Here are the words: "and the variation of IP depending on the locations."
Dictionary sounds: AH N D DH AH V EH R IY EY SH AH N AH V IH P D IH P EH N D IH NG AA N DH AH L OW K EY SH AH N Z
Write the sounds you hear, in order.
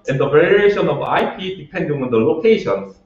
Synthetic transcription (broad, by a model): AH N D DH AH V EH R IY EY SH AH N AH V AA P D IH P EH N D IH NG AA N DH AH L OW K EY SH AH N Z